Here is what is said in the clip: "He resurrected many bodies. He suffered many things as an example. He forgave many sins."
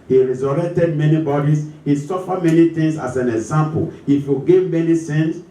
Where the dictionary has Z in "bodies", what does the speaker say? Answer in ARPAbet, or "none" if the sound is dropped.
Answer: S